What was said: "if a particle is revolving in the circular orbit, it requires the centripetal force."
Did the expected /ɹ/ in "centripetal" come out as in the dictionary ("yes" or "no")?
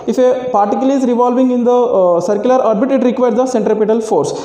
yes